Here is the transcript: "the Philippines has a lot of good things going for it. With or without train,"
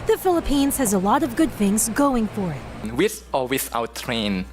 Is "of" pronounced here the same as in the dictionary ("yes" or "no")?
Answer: yes